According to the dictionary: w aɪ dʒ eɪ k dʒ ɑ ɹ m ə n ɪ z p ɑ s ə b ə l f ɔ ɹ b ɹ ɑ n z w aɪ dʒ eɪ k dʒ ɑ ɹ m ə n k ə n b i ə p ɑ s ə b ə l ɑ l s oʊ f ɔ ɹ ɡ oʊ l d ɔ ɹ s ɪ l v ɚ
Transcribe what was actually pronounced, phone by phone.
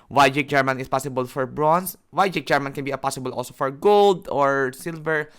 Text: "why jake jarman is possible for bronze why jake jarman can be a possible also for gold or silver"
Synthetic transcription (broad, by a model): w aɪ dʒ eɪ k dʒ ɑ ɹ m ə n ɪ s p ɑ s ə b ə l f ɔ ɹ b ɹ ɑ n s w aɪ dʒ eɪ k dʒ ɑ ɹ m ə n k ə n b i ə p ɑ s ə b ə l ɑ l s oʊ f ɔ ɹ ɡ oʊ l d ɔ ɹ s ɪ l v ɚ